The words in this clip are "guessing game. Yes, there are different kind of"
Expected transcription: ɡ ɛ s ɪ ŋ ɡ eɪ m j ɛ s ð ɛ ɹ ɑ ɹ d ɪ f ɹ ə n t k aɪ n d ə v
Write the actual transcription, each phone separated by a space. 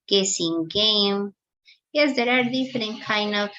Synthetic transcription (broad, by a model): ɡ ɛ s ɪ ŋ ɡ eɪ m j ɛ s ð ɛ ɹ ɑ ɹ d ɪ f ə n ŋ k aɪ n d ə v